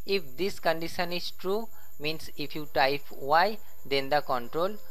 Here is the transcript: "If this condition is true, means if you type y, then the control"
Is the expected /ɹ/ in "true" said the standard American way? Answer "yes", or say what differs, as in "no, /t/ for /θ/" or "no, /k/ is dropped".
yes